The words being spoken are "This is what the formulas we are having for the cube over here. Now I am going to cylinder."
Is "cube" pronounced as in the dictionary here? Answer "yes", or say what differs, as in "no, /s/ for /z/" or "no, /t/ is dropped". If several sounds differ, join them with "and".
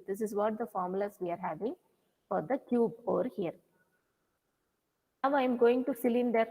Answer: yes